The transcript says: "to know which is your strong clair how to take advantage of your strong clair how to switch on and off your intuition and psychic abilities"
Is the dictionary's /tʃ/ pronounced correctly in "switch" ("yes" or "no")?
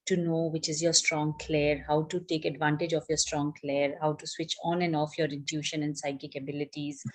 yes